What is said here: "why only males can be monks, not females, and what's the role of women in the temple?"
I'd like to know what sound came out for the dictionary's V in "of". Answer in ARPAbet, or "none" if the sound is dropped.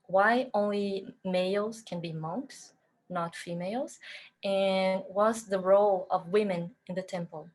V